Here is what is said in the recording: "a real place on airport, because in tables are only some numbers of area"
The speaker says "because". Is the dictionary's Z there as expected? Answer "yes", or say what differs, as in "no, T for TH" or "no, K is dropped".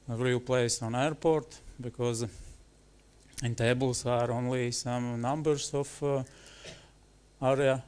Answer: yes